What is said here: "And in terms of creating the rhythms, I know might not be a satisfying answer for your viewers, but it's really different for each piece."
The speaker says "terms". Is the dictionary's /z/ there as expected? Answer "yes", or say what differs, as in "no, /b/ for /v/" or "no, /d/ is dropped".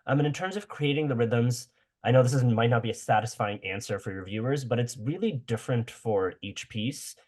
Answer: yes